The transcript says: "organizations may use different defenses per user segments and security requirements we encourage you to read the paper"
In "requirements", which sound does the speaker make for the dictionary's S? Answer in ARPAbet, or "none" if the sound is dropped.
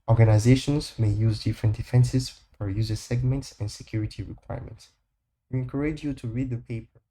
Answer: S